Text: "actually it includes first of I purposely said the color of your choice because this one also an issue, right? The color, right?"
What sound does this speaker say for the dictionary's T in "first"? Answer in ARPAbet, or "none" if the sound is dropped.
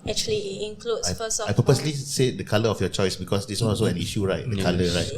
none